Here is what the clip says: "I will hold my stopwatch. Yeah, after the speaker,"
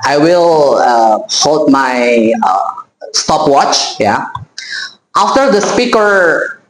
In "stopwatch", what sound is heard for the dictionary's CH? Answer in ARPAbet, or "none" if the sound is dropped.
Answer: CH